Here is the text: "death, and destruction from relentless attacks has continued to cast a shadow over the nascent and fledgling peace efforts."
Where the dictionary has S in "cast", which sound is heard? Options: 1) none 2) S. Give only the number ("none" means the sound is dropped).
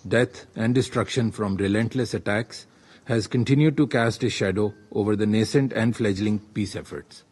2